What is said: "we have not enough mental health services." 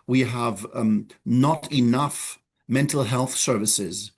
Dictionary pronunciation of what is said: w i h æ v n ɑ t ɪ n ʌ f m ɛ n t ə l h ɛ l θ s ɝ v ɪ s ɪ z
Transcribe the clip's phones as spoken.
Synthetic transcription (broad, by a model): w i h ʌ v n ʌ t ɪ n ʌ f m ɛ n t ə l h ɛ l θ s ɝ v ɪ s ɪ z